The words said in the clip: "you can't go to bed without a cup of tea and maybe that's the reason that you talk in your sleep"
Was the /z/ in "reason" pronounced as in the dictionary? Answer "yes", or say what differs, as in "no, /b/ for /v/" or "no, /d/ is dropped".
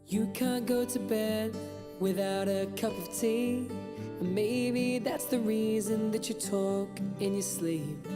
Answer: yes